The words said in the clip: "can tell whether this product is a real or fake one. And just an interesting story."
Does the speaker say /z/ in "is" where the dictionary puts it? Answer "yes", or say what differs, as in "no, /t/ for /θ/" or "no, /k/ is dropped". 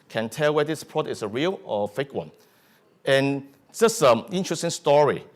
no, /s/ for /z/